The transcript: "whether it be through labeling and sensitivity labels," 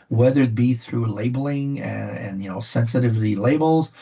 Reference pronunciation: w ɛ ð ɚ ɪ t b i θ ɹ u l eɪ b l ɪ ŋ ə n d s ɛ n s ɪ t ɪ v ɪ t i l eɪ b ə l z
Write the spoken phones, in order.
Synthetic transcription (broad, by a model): w ɛ ð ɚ ɪ t b i θ ɹ u l eɪ b l ɪ ŋ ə n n s ɛ n s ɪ t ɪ v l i l eɪ b l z